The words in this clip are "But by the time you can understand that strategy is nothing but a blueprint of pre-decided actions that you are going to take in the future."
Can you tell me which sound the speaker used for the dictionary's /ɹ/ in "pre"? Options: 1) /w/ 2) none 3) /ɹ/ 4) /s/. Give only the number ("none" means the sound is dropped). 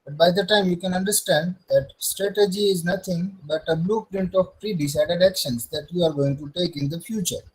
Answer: 3